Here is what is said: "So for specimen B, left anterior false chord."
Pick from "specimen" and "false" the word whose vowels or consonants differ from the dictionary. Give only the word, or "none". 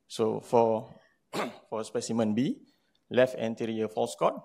none